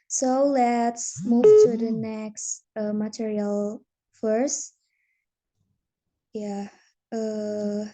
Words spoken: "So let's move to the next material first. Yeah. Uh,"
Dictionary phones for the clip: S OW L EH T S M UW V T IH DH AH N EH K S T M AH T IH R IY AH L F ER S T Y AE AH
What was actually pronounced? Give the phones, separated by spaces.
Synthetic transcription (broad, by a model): S OW L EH T S M UW V T IH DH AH N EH K S T M AH T IH R IY AH L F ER S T Y AE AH